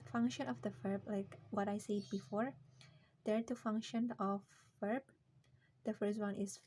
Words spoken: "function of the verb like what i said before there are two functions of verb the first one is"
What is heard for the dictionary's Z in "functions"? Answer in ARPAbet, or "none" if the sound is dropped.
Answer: none